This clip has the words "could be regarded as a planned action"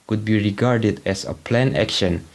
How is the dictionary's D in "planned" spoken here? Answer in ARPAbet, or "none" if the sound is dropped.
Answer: none